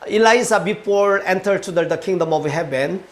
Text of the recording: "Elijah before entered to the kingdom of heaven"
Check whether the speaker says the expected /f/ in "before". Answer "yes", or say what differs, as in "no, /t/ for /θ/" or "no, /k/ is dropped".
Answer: no, /p/ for /f/